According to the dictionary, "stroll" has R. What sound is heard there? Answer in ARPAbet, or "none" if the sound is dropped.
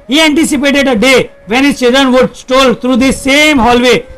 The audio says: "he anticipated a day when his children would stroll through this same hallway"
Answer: none